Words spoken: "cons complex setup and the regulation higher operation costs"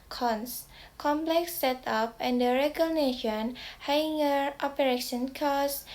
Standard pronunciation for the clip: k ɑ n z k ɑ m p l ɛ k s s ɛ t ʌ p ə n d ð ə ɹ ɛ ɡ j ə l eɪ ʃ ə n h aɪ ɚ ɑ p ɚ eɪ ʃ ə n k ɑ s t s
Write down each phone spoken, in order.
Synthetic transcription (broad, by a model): k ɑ n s k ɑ m p l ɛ k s s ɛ t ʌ p ə n d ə ɹ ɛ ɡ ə n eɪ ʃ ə n h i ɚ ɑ p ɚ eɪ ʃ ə n k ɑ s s